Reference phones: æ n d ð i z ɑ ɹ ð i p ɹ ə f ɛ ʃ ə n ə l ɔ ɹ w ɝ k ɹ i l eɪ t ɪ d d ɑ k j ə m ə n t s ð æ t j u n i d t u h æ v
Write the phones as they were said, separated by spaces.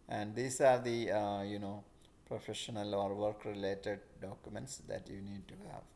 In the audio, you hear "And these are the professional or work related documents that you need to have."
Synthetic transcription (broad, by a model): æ n d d i s ɑ ɹ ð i p ɹ ə f ɛ ʃ ə n ə l ɔ ɹ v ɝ k ɹ i l eɪ t ɪ d d ɑ k j ə m ə n t s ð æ t j u n i d t u h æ v